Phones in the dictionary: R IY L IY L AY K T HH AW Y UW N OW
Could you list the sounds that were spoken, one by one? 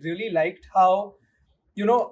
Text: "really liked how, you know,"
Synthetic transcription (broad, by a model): R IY L IY L AY K T HH AW Y UW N OW